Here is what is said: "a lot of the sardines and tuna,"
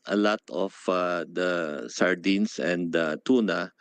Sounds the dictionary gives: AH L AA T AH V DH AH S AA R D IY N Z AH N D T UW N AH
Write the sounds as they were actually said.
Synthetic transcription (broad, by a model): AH L AA T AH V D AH S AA R D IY N S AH N D T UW N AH